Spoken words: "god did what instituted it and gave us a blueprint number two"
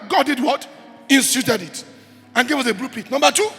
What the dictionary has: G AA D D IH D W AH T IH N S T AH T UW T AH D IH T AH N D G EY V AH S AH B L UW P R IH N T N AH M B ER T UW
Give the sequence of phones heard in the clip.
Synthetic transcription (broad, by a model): G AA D D IH D W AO T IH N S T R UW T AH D IH T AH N G EY V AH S AH B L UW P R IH T N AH M B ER T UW